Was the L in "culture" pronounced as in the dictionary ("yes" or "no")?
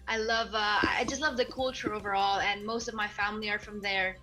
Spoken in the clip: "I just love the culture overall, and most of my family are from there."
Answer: yes